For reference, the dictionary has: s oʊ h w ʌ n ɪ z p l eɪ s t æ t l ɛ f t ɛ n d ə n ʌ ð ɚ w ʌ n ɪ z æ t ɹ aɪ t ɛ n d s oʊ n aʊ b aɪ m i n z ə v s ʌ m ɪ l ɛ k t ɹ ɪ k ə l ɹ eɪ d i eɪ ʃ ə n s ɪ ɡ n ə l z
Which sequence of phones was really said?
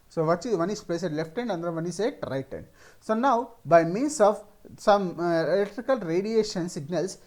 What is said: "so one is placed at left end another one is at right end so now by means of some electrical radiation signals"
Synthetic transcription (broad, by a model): s oʊ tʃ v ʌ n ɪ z p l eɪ s ɛ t l ɛ f t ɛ n d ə n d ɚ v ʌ n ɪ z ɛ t ɹ aɪ t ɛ n d s oʊ n aʊ b aɪ m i n s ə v s ʌ m ɪ l ɛ k t ɹ ɪ k ə l ɹ eɪ d i eɪ ʃ ə n s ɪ ɡ n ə l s